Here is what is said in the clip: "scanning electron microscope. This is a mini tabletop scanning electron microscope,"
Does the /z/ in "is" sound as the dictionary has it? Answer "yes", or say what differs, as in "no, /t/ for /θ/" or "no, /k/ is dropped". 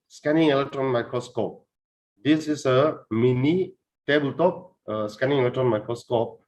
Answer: no, /s/ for /z/